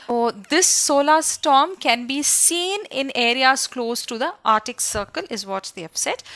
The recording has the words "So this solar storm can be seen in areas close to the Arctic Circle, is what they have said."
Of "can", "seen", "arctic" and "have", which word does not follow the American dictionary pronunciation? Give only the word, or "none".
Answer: have